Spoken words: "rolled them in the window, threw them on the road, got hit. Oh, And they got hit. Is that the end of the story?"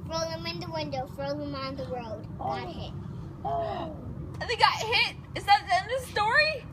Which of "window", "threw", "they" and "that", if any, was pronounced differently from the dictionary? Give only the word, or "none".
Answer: threw